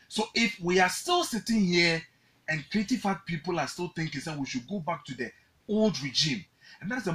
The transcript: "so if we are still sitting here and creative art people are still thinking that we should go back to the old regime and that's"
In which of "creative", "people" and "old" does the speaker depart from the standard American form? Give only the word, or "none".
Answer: creative